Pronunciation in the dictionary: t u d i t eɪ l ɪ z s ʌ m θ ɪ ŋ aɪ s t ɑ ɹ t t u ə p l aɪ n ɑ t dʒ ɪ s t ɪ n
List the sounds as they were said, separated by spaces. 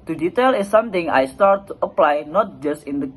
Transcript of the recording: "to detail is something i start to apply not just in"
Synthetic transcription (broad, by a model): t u d i t eɪ l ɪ s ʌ m t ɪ ŋ aɪ s t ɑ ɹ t t u ə p l aɪ n ɑ t dʒ ɪ s t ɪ n